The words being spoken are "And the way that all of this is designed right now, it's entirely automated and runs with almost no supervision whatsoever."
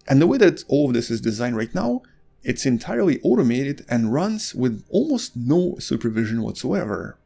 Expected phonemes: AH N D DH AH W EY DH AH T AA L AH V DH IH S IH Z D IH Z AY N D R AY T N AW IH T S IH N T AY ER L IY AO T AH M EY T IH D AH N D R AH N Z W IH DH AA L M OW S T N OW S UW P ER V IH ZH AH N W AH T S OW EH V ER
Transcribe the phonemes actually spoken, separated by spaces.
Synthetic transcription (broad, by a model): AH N DH AH W EY DH AH T AA L AH V DH IH S IH Z D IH Z AY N R AY T N AW IH T S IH N T AY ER L IY AO T AH M EY T IH D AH N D R AH N Z W IH DH AA L M OW S T N OW S UW P ER V IH ZH AH N W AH T S OW EH V ER